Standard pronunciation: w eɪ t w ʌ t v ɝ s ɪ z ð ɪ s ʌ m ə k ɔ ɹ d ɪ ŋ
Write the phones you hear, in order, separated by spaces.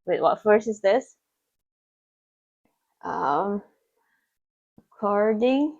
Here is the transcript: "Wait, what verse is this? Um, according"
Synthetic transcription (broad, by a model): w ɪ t w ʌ t f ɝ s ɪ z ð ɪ s ʌ m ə k ɔ ɹ d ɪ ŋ